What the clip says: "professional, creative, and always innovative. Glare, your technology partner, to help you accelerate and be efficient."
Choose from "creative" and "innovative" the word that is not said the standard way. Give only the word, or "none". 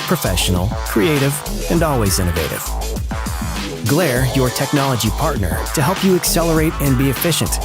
none